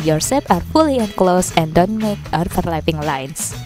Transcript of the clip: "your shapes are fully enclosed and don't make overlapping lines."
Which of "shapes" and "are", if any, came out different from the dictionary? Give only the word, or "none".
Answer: shapes